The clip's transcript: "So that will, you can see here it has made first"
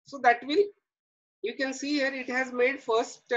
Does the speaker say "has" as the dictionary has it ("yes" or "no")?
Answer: yes